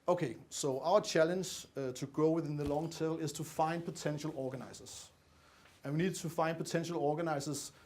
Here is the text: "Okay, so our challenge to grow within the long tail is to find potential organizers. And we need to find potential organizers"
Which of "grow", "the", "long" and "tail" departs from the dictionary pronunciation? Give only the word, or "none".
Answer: grow